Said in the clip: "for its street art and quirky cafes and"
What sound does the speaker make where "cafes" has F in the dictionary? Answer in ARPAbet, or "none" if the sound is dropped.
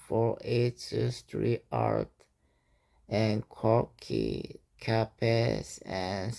P